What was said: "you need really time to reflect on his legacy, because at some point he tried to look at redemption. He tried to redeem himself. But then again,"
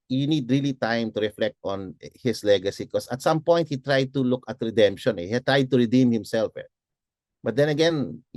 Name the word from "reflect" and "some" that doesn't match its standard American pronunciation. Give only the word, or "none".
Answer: none